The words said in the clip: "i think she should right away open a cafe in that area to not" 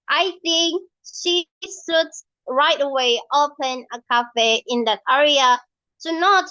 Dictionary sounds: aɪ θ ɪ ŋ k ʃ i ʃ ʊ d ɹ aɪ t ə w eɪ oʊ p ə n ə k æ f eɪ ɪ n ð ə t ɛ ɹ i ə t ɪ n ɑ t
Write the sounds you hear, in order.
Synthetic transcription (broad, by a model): aɪ θ ɪ ŋ k ʃ i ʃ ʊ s ɹ aɪ t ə w eɪ oʊ p ə n ə k æ f eɪ ɪ n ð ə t ɛ ɹ i ə t ɪ n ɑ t